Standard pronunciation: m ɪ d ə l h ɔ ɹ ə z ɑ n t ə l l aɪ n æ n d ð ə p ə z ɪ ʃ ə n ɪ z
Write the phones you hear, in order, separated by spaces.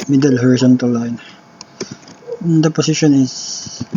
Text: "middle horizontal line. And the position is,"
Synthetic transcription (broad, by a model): m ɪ d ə l h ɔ ɹ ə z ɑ n t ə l l aɪ n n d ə p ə s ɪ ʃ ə n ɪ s